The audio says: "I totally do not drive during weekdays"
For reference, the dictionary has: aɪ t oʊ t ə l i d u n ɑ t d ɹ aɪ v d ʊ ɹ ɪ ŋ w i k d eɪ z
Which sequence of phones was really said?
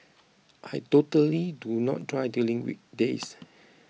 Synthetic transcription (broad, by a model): aɪ t oʊ t ə l i d u n ɑ t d ɹ aɪ d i l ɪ ŋ w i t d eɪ s